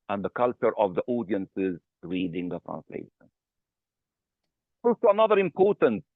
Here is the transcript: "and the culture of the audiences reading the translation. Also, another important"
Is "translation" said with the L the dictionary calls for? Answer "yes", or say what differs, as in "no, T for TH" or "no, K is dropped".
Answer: yes